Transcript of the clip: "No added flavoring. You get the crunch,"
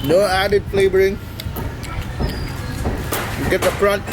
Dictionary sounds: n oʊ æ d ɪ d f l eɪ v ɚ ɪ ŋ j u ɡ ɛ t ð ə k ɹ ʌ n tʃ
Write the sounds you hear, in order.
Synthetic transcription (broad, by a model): n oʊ æ d ɪ d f l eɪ b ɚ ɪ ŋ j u ɡ ɛ t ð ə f ɹ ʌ n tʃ